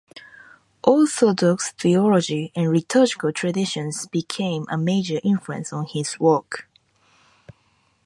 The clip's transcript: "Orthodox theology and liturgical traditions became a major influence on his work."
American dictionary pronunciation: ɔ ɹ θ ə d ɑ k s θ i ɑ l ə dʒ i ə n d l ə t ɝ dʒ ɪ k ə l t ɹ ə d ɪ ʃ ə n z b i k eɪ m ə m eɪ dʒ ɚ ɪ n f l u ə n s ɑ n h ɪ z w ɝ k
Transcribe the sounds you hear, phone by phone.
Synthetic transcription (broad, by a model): ɔ l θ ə d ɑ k s θ i ɑ l ə dʒ i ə n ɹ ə t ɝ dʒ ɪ k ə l t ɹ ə d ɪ ʃ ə n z b i k eɪ m ə m eɪ dʒ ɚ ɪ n f l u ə n s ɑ n h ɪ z w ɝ k